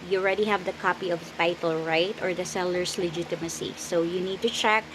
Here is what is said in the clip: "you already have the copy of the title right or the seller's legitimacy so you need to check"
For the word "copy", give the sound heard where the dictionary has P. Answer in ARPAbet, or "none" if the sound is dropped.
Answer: P